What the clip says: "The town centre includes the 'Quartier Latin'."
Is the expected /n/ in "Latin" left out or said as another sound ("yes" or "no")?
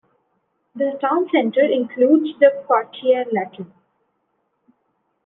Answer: yes